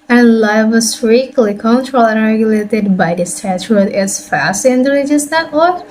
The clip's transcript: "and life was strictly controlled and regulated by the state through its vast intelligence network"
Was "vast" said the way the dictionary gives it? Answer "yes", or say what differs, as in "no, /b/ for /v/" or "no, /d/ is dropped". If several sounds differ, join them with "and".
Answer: no, /f/ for /v/